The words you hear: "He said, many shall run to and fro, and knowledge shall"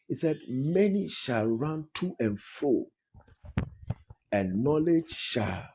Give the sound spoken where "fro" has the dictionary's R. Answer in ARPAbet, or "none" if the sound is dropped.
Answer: none